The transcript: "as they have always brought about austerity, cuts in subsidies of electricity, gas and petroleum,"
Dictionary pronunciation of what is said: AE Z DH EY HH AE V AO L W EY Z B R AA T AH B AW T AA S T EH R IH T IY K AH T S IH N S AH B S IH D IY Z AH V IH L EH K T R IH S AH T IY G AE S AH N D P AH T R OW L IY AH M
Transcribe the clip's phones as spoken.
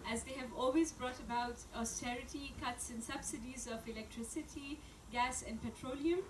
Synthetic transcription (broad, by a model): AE Z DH EY HH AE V AO L W EY Z B R AA T AH B AW T AA S T EH R IH T IY K AH T S IH N S AH B S IH D IY Z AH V IH L EH K T R IH S AH T IY G AE S AH N D P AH T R OW L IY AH M